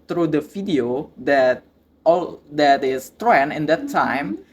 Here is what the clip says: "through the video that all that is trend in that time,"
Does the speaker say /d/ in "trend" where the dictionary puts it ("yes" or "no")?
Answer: no